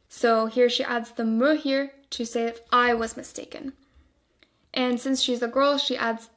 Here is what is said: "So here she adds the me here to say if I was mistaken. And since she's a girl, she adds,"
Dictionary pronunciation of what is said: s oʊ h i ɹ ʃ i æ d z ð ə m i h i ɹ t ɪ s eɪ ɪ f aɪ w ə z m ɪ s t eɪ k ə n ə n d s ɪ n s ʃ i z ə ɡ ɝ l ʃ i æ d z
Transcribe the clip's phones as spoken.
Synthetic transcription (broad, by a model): s oʊ h i ɹ ʃ i æ d z ð ə m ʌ h i ɹ t ɪ s eɪ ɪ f aɪ w ə z m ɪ s t eɪ k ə n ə n s ɪ n s ʃ i z ə ɡ ɝ l ʃ i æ d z